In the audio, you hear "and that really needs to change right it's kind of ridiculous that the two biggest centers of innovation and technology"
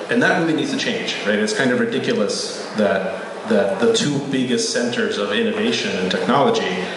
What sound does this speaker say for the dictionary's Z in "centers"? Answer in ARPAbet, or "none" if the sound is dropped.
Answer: Z